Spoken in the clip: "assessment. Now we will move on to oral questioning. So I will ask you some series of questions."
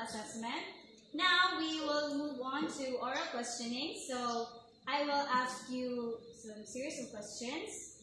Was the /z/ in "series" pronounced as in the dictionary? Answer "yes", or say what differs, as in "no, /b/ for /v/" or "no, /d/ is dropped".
no, /s/ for /z/